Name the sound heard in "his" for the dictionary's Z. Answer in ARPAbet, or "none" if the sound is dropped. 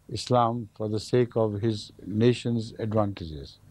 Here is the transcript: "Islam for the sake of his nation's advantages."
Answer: Z